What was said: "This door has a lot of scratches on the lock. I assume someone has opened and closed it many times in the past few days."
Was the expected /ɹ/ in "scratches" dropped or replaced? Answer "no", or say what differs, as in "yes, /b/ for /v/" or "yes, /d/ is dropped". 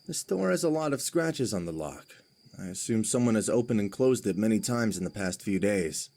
no